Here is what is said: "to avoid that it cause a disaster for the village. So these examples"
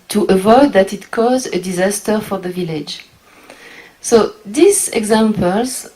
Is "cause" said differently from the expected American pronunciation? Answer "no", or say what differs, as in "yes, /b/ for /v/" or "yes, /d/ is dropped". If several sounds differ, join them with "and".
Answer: no